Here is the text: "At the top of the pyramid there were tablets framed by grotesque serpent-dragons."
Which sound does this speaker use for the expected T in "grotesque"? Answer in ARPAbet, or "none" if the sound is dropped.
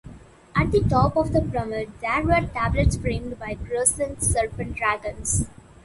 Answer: S